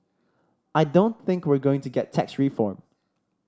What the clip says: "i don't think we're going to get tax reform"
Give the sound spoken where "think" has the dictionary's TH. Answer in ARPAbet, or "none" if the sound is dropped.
TH